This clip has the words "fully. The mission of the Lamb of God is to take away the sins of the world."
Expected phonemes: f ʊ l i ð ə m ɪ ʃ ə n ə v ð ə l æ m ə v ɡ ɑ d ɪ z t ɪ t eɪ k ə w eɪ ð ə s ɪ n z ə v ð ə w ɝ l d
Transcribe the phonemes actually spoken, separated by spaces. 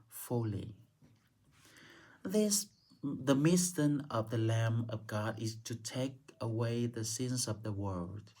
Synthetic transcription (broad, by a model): f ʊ l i ð ə m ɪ s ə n ə v ð ə l æ m ə v ɡ ɑ d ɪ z t ɪ t eɪ k ə w eɪ ð ə s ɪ n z ə v ð ə w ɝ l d